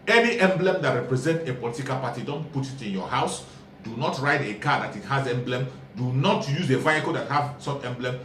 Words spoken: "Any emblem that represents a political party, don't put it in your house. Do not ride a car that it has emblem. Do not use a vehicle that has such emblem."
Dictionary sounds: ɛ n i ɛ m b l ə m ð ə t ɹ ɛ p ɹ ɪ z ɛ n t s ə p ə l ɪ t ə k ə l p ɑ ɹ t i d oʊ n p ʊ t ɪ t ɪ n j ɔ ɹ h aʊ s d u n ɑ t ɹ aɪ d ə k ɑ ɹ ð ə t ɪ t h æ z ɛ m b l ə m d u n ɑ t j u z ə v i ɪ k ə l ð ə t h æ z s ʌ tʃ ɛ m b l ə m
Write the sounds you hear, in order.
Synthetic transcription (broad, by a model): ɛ n i ɛ m b l ə m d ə t ɹ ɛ p ɹ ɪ z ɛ n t ə p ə l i t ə k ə l p ɑ t i d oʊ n p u t ɪ t ɪ n j ɔ h aʊ s d u n ɑ t ɹ aɪ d ə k ɑ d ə t ɪ t h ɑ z ɛ m b l ə m d u n ɑ t j u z ə v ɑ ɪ k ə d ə t h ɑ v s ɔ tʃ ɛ m b l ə m